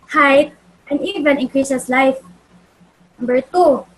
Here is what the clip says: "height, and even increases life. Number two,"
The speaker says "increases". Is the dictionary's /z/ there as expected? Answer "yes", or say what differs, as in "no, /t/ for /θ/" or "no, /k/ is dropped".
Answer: no, /s/ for /z/